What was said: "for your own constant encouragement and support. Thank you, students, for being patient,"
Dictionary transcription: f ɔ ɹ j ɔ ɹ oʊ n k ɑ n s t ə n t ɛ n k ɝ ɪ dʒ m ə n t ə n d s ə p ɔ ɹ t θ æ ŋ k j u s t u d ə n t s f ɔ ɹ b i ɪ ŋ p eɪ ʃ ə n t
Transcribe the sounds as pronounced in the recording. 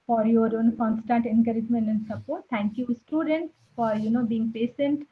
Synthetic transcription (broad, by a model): f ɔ ɹ j ɔ ɹ oʊ n k ɑ n s t ə n t ɛ n k ɝ ɪ dʒ m ə n t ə n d s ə b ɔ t t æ ŋ k j u s t u d ə n t s f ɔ ɹ b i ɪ ŋ p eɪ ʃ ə n t